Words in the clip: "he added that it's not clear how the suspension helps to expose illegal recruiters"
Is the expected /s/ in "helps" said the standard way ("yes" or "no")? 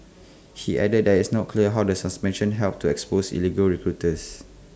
no